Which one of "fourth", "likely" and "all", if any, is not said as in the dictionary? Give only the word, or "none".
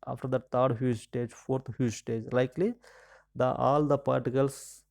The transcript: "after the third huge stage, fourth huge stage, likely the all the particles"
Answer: fourth